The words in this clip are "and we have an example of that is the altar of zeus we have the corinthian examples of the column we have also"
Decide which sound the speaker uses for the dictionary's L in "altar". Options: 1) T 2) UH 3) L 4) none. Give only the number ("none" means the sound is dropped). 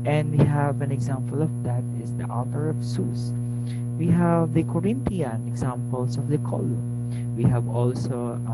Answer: 4